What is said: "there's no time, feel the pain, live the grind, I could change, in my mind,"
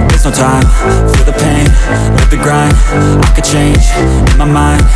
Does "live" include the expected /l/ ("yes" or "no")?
no